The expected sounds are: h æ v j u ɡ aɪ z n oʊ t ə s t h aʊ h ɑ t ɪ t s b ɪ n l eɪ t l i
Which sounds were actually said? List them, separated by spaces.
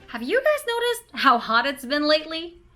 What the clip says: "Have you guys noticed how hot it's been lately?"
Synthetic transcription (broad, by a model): h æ v j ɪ ɡ aɪ z n oʊ t ə s t h aʊ h ɑ t ɪ t s b ɪ n l eɪ t l i